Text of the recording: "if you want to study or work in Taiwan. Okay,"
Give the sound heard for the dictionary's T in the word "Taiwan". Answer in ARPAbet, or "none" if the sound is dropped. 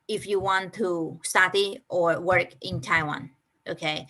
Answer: T